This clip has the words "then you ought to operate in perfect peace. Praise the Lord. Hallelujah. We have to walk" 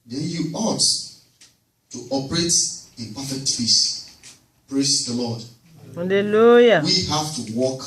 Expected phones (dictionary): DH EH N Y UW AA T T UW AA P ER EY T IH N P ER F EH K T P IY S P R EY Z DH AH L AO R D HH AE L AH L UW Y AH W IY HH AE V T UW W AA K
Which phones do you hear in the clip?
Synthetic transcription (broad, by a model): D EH N Y UW AA T T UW AA P ER EY T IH P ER F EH K T F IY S P R EY S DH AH L AO D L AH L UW Y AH W IY HH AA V T UW W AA K